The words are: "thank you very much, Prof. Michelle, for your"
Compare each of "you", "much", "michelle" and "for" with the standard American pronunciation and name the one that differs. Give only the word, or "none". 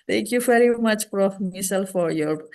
michelle